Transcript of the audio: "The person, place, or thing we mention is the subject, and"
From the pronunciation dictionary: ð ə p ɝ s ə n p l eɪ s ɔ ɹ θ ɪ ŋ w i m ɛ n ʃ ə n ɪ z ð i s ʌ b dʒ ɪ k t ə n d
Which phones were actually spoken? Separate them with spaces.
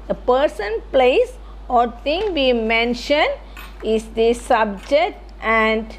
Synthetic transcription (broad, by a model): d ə p ɝ s ə n p l eɪ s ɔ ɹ t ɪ ŋ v i m ɛ n ʃ ə n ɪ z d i s ʌ b dʒ ɪ k t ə n d